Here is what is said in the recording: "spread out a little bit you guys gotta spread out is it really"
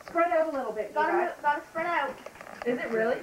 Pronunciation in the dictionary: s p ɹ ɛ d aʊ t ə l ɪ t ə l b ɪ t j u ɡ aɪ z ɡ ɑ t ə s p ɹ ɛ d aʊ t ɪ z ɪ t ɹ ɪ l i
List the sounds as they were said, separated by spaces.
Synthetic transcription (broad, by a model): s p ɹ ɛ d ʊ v ə l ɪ t l b ɪ t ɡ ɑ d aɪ ɡ ɑ t ə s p ɹ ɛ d aʊ t ɪ z ɪ t ɹ ɪ l i